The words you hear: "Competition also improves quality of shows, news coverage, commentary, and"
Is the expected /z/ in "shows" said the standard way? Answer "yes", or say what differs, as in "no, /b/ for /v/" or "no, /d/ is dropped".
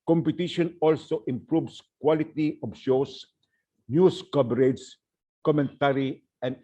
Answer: no, /s/ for /z/